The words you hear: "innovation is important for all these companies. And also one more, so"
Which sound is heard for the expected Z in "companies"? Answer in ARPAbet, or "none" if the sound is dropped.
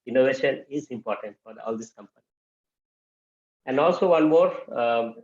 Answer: none